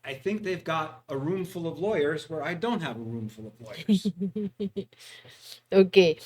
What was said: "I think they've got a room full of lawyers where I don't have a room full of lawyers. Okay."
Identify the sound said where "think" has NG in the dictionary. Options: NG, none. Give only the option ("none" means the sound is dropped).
NG